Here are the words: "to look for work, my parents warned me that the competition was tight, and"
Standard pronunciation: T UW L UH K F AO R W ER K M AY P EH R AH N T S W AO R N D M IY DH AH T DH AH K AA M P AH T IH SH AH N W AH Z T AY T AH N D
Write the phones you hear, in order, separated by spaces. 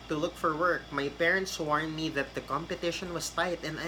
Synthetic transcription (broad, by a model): T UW L UH K F AO R W ER K M AY P EH R AH N T S W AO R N M IY DH AH T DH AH K AA M P AH T IH SH AH N W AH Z T AY T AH N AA